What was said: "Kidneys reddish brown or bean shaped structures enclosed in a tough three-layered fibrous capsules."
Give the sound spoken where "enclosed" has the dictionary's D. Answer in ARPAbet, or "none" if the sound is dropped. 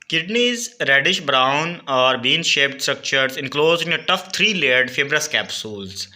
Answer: none